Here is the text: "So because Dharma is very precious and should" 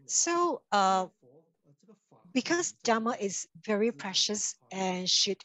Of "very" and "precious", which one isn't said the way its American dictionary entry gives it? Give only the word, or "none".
none